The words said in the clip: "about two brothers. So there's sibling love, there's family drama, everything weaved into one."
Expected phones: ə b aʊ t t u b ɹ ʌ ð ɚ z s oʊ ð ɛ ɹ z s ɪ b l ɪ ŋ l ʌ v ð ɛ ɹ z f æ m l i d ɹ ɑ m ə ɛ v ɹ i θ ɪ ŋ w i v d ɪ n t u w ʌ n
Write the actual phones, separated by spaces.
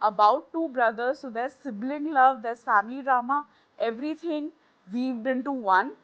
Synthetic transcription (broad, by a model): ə b aʊ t t u b ɹ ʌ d ɚ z s oʊ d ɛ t s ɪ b l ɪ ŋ l ʌ v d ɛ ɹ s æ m i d ɹ ɑ m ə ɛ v ɹ i t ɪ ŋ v i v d ɪ n t u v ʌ n